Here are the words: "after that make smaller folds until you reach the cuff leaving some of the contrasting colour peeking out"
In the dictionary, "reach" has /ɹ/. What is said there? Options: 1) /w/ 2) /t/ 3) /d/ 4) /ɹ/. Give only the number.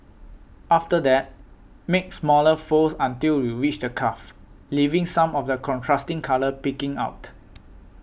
1